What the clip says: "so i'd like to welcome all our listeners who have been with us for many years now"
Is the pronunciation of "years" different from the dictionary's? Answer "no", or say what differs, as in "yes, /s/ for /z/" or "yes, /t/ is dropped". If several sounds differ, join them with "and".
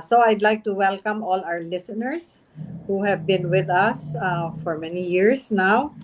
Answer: yes, /s/ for /z/